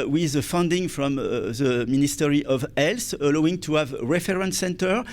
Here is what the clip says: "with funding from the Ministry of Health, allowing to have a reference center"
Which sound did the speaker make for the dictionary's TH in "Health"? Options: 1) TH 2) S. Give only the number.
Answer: 2